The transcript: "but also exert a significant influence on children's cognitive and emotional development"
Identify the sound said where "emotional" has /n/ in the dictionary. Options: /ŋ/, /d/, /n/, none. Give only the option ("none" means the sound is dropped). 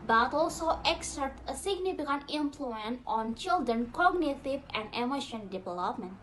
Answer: none